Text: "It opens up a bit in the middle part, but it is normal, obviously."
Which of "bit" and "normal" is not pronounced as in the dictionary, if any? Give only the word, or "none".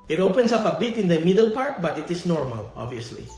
none